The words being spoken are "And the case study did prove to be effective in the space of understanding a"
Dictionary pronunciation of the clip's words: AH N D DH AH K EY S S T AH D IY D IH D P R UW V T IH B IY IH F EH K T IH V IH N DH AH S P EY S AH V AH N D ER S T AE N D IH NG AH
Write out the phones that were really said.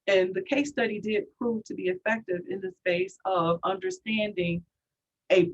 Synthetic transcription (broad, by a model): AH N DH AH K EY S S T AH D IY D IH D P R UW V T IH B IY IH F EH K T IH V IH N DH AH S P EY S AH V AH N D ER S T AE N D IH NG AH